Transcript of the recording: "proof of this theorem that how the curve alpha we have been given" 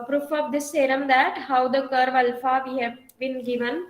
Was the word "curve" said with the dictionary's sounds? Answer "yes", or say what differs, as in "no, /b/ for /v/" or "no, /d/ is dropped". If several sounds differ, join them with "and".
yes